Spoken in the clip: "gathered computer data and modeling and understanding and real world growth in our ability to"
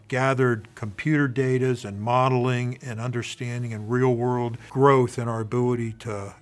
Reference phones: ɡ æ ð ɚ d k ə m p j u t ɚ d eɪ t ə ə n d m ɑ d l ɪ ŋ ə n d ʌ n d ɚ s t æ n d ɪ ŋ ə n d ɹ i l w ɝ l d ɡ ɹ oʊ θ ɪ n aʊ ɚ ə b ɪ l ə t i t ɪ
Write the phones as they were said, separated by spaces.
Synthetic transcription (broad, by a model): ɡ æ ð ɚ d k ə m p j u t ɚ d eɪ t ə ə n m ɑ d l ɪ ŋ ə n ʌ n d ɚ s t æ n d ɪ ŋ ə n ɹ i l w ɝ l d ɡ ɹ oʊ θ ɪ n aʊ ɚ ə b ɪ l ə t i t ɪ